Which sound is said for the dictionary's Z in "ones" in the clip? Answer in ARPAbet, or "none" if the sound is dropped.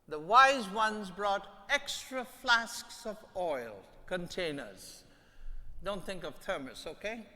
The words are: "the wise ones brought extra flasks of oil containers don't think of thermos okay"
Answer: Z